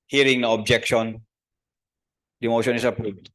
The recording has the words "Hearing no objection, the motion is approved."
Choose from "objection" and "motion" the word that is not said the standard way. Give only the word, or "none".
none